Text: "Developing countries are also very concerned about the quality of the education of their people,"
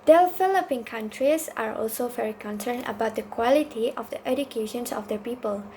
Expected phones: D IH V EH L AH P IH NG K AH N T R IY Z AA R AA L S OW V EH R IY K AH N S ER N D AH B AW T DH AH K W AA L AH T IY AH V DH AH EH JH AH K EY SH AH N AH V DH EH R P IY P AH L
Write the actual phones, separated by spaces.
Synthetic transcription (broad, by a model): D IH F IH L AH P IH NG K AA N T R IY S AA R AA L S OW V EH R IY K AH N S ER N AH B AW T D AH K W AA L AH T IY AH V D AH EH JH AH K EY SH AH N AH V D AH P IY P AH L